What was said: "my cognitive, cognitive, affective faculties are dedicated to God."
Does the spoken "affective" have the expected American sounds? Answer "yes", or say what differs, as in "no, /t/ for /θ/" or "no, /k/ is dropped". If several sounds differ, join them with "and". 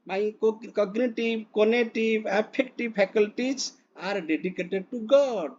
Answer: no, /p/ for /f/